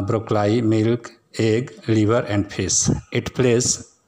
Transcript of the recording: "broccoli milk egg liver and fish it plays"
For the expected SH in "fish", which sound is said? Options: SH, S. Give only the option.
S